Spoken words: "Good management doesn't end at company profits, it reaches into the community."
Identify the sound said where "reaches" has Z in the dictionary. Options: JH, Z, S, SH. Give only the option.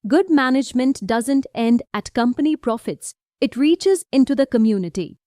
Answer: Z